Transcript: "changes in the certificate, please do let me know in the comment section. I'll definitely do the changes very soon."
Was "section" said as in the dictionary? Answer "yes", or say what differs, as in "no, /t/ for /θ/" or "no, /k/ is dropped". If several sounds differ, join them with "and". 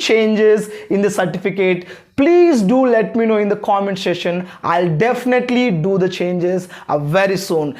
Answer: no, /k/ is dropped